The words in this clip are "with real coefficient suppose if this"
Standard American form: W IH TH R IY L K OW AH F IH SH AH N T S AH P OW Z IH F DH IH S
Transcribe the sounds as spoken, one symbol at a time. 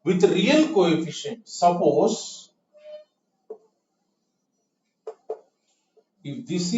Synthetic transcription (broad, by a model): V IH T R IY L K OW AH F IH SH AH N T S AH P OW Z IH F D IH S